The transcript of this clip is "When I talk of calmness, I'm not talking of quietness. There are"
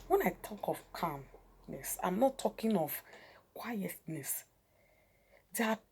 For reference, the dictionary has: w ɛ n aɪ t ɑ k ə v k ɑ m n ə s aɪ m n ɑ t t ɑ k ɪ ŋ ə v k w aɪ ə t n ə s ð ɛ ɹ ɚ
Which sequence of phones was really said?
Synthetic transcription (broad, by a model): w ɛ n aɪ t ɑ k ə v k ɑ m n ə s aɪ m n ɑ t t ɑ k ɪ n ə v k w aɪ ə t n ə s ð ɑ